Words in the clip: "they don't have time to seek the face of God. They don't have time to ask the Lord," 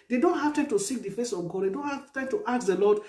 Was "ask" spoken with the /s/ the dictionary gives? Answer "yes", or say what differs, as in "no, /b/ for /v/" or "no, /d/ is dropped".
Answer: no, /s/ is dropped